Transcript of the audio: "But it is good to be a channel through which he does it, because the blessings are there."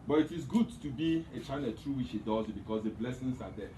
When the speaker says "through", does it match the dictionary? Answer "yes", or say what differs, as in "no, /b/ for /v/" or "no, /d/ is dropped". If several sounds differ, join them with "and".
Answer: no, /t/ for /θ/